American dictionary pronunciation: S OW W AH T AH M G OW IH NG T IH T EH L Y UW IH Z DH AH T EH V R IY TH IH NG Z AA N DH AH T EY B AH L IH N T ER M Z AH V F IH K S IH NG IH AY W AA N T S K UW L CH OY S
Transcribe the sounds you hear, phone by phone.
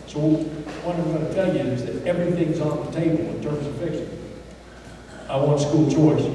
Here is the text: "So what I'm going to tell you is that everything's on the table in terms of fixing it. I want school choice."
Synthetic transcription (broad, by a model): S OW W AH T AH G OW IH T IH T EH L Y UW IH Z DH AH T EH V R IY TH IH NG Z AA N DH AH T EY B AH L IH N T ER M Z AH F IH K SH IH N IH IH W AA N T S K UW L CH OY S